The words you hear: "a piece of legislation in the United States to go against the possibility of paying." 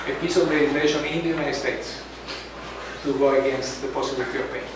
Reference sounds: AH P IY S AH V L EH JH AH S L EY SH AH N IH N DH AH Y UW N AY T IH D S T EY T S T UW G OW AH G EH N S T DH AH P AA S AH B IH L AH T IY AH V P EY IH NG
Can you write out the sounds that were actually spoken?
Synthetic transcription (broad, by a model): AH P IY S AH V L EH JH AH L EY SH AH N IH N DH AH Y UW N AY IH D S T EY T S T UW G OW AH G EH N S T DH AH P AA S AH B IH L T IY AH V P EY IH